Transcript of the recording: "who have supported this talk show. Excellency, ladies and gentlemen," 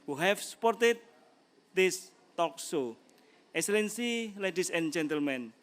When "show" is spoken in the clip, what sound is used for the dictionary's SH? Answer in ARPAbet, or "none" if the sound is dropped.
S